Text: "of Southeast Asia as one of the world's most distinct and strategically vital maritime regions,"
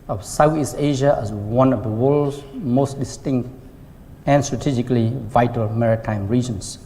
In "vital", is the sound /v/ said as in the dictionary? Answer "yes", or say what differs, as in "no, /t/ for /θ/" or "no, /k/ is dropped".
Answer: yes